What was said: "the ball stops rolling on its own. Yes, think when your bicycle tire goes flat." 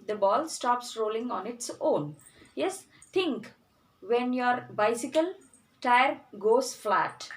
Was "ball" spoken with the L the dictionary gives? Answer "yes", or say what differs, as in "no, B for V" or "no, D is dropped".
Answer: yes